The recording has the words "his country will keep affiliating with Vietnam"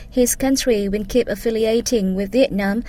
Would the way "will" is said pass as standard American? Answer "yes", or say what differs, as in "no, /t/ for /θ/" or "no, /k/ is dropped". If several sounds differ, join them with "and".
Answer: no, /n/ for /l/